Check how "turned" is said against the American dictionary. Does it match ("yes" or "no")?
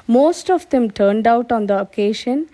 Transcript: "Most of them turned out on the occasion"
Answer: yes